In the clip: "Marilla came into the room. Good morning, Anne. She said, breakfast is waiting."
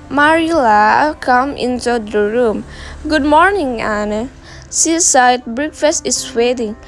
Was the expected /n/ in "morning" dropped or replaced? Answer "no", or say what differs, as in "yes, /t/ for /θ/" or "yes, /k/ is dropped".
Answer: no